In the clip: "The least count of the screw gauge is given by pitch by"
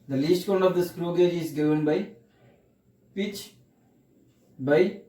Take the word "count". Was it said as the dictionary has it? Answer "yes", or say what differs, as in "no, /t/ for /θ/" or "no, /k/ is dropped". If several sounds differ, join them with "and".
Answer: no, /t/ is dropped